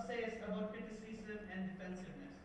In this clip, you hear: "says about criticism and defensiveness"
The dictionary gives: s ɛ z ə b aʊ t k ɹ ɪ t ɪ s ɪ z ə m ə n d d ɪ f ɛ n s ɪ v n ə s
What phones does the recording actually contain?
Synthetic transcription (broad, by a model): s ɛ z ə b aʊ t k ɪ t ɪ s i s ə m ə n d d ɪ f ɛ n s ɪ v n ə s